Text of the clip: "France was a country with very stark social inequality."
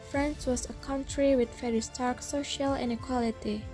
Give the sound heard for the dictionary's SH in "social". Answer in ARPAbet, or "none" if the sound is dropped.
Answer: SH